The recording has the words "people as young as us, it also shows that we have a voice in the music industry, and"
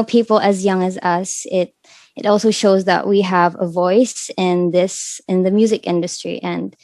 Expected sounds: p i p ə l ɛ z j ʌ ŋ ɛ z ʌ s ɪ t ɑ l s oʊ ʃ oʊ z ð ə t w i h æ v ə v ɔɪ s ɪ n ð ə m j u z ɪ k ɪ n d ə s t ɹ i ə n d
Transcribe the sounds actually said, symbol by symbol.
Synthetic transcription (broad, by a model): p i p l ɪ z j ʌ ŋ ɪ z ʌ s ɪ t ɑ l s oʊ ʃ oʊ z ð ə t w i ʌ v ə v ɔɪ s ɪ n ð ə m j u z ɪ k ɪ n d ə s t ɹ i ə n